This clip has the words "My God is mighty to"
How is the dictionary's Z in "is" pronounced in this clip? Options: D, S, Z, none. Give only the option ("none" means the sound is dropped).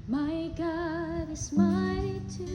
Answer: S